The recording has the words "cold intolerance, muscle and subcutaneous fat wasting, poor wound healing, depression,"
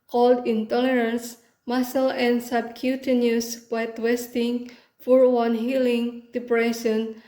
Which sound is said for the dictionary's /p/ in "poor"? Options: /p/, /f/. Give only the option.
/f/